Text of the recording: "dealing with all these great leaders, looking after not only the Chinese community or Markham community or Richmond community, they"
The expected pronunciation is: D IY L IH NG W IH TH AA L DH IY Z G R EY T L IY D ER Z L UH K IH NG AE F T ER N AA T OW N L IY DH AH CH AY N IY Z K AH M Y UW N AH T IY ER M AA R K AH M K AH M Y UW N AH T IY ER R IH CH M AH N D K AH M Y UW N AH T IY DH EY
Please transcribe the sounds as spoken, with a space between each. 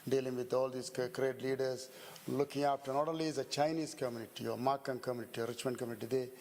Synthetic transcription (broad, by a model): D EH L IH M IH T AA L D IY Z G R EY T L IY D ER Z L UH K IH NG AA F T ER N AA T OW L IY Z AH CH AY N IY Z K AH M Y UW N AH T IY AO M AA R K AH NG K AH M Y UW N AH T IY R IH CH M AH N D K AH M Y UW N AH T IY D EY